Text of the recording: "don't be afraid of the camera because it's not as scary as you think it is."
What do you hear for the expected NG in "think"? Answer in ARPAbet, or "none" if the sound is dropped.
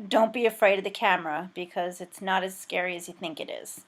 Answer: NG